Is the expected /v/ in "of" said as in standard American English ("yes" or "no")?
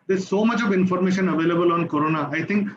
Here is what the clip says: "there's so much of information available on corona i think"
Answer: yes